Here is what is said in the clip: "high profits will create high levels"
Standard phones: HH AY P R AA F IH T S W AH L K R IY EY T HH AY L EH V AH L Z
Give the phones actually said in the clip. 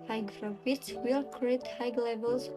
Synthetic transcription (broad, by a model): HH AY F R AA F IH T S W AH L K R IY EY T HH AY L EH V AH L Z